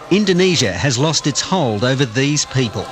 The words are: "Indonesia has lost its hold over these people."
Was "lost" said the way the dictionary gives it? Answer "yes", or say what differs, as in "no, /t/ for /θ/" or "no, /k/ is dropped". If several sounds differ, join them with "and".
yes